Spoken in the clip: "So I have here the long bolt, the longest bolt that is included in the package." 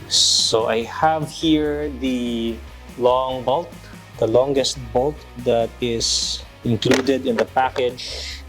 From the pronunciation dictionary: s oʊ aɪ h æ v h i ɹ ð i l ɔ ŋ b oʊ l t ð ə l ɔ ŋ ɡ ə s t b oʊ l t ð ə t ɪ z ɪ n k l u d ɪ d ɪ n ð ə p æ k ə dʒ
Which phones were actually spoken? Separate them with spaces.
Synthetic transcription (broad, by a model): s oʊ aɪ h æ v h i ɹ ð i l ɔ ŋ b oʊ l t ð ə l ɔ ŋ ɡ ə s t b oʊ l t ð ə t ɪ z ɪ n k l u d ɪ d ɪ n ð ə p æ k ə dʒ